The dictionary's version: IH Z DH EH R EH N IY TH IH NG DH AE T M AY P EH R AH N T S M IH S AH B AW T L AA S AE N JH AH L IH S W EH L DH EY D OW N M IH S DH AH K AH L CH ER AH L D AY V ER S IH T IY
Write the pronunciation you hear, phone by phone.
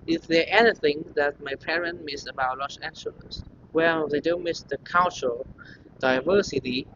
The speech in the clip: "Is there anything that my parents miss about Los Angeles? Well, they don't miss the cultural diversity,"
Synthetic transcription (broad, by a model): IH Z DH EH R EH N IY TH IH NG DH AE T M AY P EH R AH N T M IH S AH B AW T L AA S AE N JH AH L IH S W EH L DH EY D OW N M IH S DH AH K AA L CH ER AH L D AY V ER S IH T IY